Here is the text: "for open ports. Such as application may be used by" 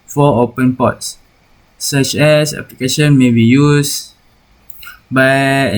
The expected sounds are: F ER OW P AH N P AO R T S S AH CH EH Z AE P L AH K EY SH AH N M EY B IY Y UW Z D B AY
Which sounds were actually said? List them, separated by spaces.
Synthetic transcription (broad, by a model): F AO OW P AH N P AO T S S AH CH EH S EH P L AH K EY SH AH N M EY B IY Y UW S B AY